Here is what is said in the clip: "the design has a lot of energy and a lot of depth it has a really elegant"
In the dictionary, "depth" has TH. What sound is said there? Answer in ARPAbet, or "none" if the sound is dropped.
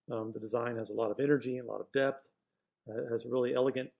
TH